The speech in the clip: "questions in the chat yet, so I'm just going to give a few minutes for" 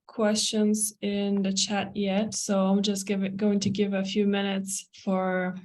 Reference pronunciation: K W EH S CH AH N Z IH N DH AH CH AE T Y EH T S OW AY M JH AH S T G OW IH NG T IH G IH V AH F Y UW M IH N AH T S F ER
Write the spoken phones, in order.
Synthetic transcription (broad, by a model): K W EH S CH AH N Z IH N DH AH CH AE T Y EH T S OW AY M JH AH S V G OW IH NG T IH G IH V AH F Y UW M IH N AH T S F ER